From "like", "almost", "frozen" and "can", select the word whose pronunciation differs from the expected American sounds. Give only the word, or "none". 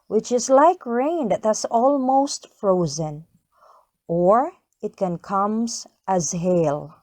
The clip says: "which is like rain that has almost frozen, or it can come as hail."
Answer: none